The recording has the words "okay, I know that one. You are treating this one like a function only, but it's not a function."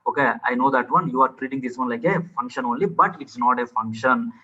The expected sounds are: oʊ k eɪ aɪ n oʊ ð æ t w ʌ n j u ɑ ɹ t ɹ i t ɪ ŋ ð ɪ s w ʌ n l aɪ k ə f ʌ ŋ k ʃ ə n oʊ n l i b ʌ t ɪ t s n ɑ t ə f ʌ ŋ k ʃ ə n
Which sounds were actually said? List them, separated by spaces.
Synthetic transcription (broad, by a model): oʊ k eɪ aɪ n oʊ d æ t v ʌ n j u ɑ ɹ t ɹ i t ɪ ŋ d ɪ s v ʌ n l aɪ k ə f ʌ ŋ k ʃ ə n oʊ n l i b ʌ t ɪ t s n ɑ t ə f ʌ ŋ k ʃ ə n